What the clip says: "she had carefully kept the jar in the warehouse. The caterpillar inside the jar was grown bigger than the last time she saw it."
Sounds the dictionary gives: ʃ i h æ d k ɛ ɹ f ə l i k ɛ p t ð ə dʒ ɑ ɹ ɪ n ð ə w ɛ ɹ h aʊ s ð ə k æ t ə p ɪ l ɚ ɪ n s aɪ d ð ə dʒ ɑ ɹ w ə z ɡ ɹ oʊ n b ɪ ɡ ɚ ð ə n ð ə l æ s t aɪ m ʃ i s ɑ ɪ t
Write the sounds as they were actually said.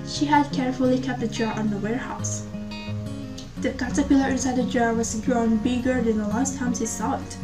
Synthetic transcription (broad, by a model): ʃ i h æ d k ɛ ɹ f ə l i k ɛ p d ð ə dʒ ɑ ɹ ɪ n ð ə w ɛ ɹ h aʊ s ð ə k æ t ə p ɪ l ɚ ɪ n s aɪ d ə dʒ ɑ ɹ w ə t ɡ ɹ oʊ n b ɪ ɡ ɚ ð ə n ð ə l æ s t aɪ m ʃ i s ɑ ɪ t